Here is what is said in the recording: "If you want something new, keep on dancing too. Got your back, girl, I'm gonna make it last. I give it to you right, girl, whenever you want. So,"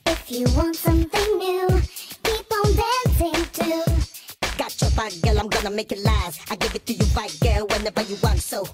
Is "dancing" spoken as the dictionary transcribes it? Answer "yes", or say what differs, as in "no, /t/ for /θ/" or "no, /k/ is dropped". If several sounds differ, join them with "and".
no, /n/ is dropped